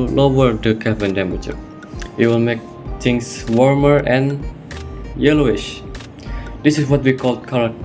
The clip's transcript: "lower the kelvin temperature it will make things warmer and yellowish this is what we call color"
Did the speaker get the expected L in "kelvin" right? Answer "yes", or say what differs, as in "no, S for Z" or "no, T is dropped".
no, L is dropped